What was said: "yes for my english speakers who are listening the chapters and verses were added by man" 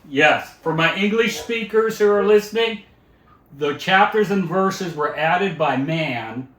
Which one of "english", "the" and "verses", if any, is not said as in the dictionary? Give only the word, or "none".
none